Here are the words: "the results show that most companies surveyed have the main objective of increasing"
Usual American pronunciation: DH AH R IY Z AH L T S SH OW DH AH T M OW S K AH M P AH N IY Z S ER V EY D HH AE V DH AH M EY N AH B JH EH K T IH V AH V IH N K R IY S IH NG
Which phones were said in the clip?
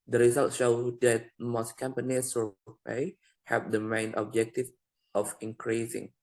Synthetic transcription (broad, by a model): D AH R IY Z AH L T SH OW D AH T M OW S K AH M P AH N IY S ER P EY HH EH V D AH M EY N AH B JH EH K T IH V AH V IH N K R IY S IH NG